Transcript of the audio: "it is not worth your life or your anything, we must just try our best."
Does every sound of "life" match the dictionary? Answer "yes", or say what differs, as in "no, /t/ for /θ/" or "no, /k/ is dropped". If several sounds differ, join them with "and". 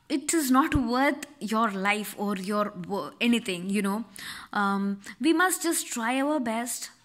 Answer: yes